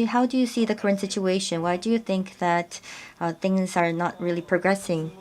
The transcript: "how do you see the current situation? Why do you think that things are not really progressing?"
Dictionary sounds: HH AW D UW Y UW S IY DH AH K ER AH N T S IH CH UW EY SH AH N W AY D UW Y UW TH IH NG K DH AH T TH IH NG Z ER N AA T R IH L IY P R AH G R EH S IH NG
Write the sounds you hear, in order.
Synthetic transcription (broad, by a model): HH AW D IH Y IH S IY DH AH K ER AH N T S IH CH UW EY SH AH N W AY D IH Y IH TH IH NG K DH AH T TH IH NG Z ER N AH T R IH L IY P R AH G R EH S IH NG